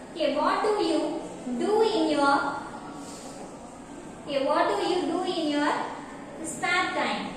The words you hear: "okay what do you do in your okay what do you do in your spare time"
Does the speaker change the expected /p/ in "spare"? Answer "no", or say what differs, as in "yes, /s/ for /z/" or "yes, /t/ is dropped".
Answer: yes, /p/ is dropped